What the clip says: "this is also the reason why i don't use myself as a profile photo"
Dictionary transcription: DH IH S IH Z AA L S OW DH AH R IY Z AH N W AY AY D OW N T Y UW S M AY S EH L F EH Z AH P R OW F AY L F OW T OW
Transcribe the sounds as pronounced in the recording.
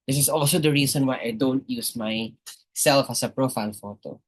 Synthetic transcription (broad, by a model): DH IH S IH S AA L S OW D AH R IY S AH N W AY AY D OW N T Y UW S M AY S EH L F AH S AH P R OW F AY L F OW T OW